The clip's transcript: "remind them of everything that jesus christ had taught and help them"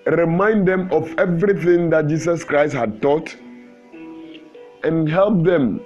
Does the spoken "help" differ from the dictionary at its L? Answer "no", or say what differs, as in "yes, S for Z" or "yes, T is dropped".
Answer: no